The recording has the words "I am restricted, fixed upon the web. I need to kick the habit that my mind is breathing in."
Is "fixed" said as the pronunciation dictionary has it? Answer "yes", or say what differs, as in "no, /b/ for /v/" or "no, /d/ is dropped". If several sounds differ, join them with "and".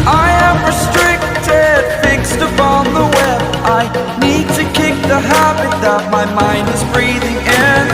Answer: yes